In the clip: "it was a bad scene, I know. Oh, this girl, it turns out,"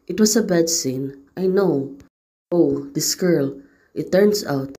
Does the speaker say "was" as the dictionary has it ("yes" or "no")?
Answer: no